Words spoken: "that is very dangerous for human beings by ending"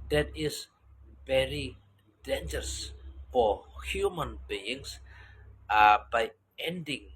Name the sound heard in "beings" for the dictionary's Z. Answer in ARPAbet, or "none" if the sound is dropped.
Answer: S